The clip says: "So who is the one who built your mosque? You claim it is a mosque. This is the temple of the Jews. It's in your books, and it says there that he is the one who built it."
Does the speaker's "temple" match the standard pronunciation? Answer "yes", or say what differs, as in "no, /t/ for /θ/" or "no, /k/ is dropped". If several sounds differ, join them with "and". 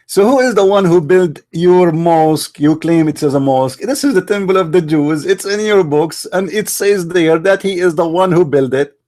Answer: no, /b/ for /p/